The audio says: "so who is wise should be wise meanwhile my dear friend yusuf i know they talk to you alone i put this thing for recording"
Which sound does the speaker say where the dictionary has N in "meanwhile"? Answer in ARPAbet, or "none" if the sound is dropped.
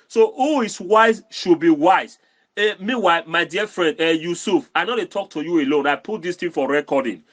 none